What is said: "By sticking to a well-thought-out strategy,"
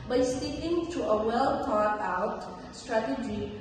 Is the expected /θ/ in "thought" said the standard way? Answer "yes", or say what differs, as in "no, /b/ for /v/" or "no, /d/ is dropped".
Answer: no, /t/ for /θ/